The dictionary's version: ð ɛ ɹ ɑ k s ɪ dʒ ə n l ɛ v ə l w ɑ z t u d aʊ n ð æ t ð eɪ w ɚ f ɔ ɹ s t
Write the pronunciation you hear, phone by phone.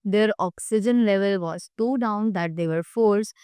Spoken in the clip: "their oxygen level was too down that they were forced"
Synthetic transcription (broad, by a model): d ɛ ɹ ɑ k s ɪ dʒ ə n l ɛ v ə l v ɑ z s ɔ d aʊ n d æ t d eɪ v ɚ f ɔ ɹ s